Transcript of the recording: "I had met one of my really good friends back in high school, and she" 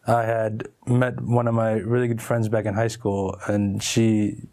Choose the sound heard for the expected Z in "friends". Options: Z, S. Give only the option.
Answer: Z